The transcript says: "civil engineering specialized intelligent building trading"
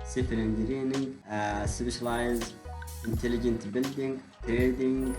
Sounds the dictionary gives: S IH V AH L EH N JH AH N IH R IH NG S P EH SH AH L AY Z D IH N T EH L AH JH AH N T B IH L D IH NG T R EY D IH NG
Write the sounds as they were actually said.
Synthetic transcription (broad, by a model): S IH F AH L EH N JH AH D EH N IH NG S B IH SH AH L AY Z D IH N T EH L AH JH AH N T B IH L D IH NG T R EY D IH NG